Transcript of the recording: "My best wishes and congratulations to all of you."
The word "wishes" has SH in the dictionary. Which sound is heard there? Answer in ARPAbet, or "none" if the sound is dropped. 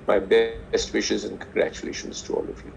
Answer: SH